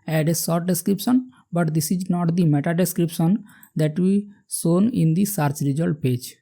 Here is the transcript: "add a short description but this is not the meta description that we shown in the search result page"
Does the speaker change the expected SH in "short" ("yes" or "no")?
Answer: yes